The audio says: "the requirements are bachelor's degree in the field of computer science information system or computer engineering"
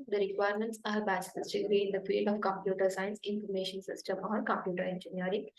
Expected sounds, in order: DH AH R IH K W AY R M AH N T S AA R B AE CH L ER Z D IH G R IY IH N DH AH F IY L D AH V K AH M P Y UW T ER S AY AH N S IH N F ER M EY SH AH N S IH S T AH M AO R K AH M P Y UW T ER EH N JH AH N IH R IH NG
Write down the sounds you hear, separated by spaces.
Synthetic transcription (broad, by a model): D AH R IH K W AY R M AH N T S AA R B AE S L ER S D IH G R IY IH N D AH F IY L AH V K AH M P Y UW T ER S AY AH N S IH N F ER M EY SH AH N S IH S T AH M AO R K AH M P Y UW T ER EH N JH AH N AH R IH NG